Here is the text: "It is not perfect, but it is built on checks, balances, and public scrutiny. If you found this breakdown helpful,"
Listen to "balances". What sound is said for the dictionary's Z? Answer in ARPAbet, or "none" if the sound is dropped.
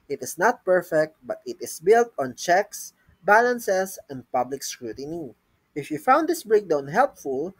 S